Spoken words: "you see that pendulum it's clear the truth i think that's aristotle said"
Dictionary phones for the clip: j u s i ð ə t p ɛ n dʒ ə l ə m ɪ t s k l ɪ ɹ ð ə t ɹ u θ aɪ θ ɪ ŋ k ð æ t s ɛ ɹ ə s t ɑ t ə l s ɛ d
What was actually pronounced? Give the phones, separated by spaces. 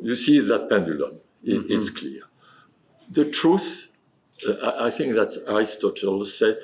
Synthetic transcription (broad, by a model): j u s i ð ə t p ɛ n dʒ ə l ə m ɪ t s k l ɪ ɹ ð ə t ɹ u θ aɪ θ ɪ ŋ k ð æ t s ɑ ɹ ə s t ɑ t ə l s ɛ